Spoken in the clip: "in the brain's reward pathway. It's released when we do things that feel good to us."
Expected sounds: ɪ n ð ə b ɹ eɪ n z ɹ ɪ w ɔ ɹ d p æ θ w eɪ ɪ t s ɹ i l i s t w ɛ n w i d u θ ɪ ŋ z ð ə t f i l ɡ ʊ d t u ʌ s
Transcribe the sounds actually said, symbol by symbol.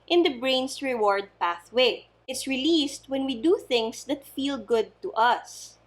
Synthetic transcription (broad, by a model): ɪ n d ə b ɹ eɪ n s ɹ ɪ w ɔ ɹ d p æ θ w eɪ ɪ t s ɹ i l i s t w ɛ n w i d u θ ɪ ŋ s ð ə t f i l ɡ ʊ d t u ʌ s